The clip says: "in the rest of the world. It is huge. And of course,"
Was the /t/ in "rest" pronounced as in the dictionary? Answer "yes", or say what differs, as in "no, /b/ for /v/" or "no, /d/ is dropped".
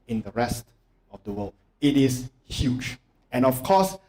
yes